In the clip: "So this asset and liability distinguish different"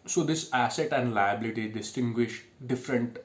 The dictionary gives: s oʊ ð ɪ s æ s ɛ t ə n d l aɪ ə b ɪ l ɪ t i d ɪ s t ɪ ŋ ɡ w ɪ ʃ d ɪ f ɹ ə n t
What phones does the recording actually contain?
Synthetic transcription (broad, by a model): s oʊ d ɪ s æ s ɛ t ə n d l aɪ ə b ɪ l ɪ t i d ɪ s t ɪ ŋ ɡ w ɪ ʃ d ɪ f ɹ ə n t